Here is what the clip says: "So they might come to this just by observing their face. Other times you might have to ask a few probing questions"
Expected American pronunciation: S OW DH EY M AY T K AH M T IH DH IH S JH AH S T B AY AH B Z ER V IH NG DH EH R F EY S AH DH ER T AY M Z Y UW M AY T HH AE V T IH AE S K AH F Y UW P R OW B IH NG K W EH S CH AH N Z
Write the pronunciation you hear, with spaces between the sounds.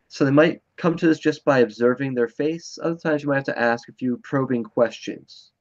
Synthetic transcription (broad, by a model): S OW DH EY M AY T K AH M T IH DH IH S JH AH S B AY AH B Z ER V IH NG DH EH R F EY S AH DH ER T AY M Z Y M AY T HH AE F T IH AE S K AH F Y UW P R OW B IH NG K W EH S CH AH N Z